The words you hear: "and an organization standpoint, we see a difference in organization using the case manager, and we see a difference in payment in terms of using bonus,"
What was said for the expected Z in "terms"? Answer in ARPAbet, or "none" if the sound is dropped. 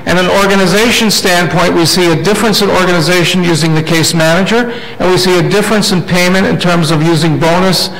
Z